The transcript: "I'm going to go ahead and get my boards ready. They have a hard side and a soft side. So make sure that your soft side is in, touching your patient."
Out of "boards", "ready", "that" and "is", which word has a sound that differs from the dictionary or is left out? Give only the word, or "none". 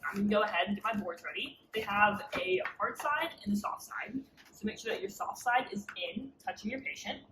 none